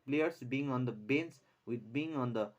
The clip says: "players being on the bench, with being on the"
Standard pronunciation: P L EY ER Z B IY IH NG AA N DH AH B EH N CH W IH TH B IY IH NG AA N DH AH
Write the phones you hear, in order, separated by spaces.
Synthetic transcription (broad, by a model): P L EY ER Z B IY IH NG AA N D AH B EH N S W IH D B IY IH NG AA N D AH